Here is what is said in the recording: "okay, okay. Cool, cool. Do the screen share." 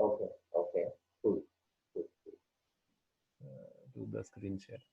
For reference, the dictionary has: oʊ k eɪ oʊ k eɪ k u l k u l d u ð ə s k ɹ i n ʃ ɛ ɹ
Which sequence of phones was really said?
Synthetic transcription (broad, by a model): oʊ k eɪ oʊ k eɪ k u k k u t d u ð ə s k ɹ i n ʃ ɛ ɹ